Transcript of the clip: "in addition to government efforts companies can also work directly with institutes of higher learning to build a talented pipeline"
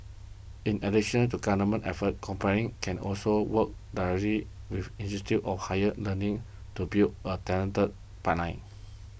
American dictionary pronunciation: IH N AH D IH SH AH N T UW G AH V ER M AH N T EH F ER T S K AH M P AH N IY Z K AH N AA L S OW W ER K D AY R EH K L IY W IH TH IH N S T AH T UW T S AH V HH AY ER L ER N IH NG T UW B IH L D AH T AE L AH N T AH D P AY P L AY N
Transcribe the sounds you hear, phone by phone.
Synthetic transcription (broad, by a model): IH N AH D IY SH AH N T UW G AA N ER M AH N T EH F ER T K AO M P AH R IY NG K AH N AA L S OW W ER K D AY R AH L IY W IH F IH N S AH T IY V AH F HH AY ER L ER N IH NG T UW B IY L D AH T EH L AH N T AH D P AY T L AY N